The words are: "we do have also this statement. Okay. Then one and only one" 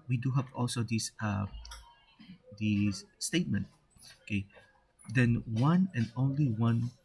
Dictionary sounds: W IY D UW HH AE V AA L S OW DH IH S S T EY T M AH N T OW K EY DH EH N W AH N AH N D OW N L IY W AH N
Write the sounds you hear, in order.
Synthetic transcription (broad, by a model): W IY D UW HH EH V AA L S OW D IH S S T EY T M AH N T OW K EY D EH N W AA N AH N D OW N L IY W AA N